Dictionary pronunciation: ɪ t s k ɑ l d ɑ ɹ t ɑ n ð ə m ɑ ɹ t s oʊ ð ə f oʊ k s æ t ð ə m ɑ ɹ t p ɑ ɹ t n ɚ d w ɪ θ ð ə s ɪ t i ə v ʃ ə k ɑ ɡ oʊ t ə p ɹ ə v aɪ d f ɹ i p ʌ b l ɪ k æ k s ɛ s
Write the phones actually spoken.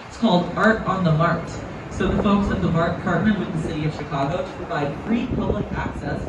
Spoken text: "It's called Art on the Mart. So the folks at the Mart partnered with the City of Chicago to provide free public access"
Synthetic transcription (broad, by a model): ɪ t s k ɑ l d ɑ ɹ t n ð ə m ɑ ɹ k s oʊ ð ə f oʊ k s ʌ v ð ə m ɑ ɹ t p ɑ ɹ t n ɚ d w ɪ ð ə s ɪ t i ə v ʃ ə k ɑ ɡ oʊ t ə p ɹ ə v aɪ d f ɹ i p ʌ b l ɪ k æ k s ɛ s